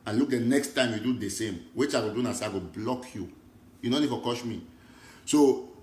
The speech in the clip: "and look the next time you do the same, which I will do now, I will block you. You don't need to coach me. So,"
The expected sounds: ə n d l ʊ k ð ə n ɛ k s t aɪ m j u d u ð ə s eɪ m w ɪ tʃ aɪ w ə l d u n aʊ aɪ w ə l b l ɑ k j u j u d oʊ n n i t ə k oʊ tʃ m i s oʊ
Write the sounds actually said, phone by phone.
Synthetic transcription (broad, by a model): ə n l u k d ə n ɛ k s t aɪ m j u d u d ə s eɪ m w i tʃ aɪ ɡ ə d u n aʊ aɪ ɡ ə b l ɑ k j u j u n oʊ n n i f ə k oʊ ʃ m i s oʊ